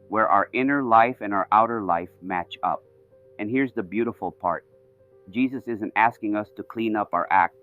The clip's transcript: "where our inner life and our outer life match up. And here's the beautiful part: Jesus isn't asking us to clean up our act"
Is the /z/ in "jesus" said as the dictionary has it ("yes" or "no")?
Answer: yes